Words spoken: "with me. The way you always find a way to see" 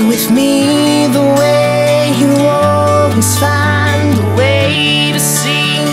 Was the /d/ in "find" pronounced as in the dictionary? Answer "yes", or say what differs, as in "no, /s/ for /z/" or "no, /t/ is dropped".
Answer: no, /d/ is dropped